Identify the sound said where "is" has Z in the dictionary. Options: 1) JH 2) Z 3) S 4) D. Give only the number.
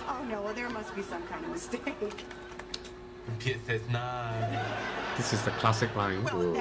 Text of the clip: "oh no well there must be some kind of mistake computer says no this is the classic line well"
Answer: 2